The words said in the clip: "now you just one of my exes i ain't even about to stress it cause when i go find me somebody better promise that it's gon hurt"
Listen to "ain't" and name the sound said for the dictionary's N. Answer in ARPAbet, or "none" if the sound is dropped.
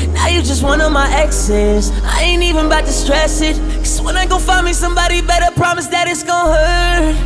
N